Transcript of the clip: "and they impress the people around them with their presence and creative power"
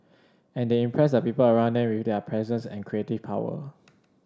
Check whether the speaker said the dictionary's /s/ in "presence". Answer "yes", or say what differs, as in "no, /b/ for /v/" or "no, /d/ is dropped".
yes